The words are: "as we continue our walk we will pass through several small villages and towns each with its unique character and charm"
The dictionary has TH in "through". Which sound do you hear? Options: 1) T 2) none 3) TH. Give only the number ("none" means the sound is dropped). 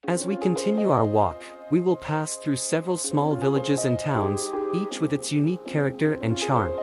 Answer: 3